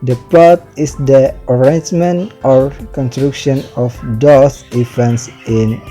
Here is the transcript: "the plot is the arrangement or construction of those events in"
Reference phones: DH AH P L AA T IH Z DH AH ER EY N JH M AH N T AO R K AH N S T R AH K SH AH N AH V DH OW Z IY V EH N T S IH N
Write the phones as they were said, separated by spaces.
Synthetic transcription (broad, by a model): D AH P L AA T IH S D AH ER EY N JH M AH N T AO R K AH N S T R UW K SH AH N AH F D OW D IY F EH N S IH N